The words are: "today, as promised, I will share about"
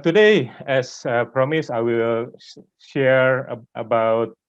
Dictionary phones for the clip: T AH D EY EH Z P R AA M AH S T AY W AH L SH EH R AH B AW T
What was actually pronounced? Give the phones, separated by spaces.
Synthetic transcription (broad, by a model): T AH D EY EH S P R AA M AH S AY W AH L SH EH R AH B AW T